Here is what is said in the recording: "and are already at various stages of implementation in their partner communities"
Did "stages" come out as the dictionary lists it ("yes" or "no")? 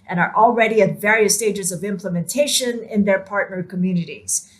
yes